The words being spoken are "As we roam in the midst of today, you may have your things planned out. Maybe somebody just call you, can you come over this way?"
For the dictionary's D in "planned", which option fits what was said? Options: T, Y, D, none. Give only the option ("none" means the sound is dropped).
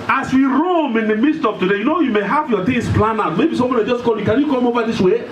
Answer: none